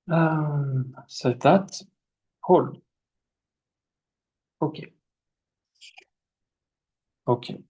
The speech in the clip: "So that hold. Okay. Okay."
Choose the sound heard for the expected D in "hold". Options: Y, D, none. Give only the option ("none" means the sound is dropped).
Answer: none